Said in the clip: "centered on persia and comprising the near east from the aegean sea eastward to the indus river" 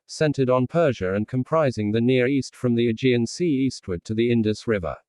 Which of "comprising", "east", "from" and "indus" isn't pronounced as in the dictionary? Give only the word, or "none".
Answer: none